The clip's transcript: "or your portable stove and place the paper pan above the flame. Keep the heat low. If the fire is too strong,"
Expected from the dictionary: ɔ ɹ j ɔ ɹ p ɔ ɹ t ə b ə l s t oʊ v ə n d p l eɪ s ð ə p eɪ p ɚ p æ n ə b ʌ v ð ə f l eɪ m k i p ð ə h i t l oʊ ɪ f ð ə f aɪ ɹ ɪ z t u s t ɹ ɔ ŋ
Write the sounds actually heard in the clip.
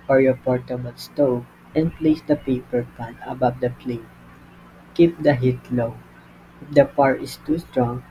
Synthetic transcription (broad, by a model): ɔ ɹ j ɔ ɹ p ɔ ɹ t ə b ə l s t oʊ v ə n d p l eɪ s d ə p eɪ p ɚ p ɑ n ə b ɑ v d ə p l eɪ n k i p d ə h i t l oʊ ɪ f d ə p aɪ ɹ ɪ s t u s t ɹ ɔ ŋ